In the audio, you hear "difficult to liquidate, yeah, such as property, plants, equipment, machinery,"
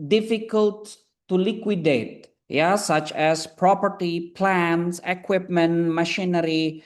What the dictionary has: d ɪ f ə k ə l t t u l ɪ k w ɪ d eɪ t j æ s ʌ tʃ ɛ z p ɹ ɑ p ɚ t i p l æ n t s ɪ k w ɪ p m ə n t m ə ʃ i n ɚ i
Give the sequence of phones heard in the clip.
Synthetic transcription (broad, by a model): d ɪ f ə k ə l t t u l ɪ k w ɪ d eɪ t j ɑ s ʌ tʃ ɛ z p ɹ ɑ p ɚ t i p l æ n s ɪ k w ɪ p m ə n t m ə ʃ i n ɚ i